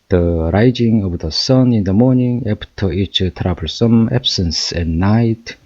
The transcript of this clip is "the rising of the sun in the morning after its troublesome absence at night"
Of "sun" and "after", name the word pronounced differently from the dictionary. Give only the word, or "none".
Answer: after